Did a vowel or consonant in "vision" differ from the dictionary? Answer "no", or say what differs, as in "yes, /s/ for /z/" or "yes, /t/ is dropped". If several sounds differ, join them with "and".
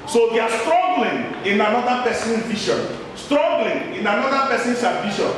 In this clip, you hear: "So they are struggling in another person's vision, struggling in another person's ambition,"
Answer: yes, /ʃ/ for /ʒ/